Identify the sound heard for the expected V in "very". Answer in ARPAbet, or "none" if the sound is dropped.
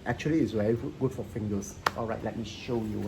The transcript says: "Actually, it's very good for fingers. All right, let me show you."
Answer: W